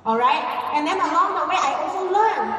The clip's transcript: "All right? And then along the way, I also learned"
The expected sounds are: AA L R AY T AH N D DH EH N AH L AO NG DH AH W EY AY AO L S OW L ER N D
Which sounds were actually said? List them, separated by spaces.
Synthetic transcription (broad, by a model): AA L R AY T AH N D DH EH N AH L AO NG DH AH W EY AY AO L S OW L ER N